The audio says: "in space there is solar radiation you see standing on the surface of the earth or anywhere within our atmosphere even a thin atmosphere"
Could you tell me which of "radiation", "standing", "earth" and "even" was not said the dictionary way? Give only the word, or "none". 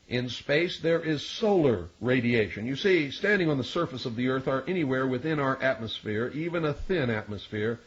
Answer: none